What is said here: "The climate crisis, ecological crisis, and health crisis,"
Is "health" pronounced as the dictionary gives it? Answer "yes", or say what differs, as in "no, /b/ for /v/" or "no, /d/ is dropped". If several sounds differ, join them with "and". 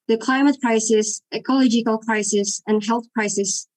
yes